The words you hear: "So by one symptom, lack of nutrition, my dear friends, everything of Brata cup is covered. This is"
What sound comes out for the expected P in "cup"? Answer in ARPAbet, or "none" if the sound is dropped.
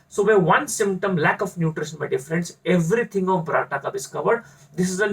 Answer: B